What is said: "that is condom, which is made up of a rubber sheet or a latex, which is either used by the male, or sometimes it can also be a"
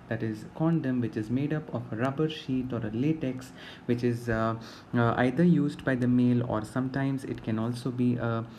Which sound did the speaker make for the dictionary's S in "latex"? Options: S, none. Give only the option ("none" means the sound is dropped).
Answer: S